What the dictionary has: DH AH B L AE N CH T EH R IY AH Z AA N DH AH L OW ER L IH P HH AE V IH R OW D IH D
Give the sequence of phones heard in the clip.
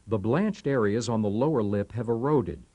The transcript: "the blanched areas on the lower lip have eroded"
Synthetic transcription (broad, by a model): DH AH B L AE N CH T EH R IY AH Z N DH AH L OW ER L IH P HH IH V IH R OW D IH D